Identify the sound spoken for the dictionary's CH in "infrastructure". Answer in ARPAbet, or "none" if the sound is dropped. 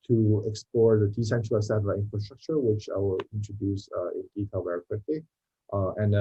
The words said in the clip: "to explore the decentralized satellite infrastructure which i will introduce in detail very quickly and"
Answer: CH